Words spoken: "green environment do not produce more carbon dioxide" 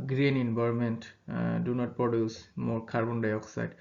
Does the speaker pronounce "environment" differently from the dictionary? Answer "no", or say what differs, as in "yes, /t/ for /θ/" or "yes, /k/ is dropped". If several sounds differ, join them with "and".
yes, /b/ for /v/